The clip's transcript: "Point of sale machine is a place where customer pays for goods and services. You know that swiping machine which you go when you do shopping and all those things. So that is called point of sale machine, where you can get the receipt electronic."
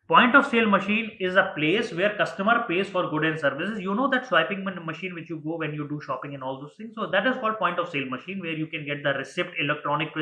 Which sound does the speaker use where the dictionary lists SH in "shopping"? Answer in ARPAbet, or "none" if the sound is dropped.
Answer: SH